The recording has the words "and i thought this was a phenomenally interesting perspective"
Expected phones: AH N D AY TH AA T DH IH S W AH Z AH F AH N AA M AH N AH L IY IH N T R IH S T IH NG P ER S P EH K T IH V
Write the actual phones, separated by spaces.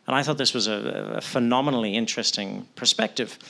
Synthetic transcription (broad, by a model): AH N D AY TH AA T DH IH S W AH Z AH F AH N AA M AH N L IY IH N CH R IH S T IH NG P ER S P EH K T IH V